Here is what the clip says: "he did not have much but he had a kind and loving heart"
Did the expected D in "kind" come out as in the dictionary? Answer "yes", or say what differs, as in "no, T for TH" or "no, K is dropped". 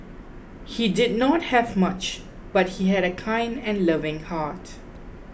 yes